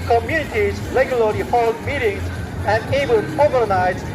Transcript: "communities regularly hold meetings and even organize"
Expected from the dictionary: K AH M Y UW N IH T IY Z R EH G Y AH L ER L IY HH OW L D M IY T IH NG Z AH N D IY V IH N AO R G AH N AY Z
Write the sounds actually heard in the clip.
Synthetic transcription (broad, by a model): K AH M Y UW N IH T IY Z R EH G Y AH L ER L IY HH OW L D M IY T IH NG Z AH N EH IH B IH L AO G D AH N AY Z